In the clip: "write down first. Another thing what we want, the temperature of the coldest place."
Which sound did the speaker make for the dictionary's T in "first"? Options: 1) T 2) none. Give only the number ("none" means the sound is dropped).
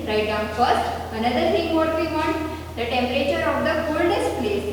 1